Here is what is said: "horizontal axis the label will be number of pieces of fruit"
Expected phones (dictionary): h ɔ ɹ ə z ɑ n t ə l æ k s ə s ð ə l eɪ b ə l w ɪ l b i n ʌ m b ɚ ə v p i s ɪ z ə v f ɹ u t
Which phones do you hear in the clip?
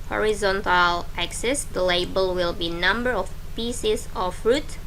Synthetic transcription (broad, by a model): h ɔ ɹ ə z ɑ n t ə l æ k s ə s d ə l eɪ b ə l w ɪ l b i n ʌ m b ɚ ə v p i s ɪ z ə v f ɹ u t